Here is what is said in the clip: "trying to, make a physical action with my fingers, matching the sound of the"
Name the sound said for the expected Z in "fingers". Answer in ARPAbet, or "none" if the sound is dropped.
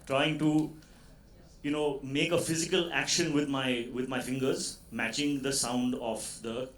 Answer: Z